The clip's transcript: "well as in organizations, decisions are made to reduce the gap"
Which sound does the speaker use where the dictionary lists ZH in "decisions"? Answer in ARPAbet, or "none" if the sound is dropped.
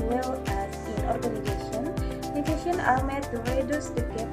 SH